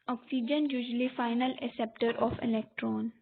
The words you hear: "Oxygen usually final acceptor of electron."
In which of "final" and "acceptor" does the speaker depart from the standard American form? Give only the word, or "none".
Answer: acceptor